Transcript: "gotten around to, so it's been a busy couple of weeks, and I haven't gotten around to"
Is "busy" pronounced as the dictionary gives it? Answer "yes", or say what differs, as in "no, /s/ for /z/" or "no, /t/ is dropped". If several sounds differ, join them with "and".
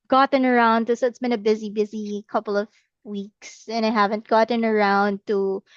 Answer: yes